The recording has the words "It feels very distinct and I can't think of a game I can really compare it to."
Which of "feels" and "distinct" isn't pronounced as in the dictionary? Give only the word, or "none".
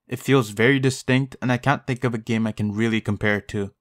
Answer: none